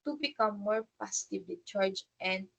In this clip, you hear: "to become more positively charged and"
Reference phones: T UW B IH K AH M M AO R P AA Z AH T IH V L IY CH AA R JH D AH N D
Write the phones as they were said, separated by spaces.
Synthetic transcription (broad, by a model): T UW B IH K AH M M AO R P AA S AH T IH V IY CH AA R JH AH N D